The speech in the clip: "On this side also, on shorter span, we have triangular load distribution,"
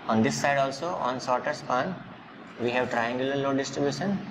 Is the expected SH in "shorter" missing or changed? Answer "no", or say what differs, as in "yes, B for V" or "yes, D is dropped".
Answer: yes, S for SH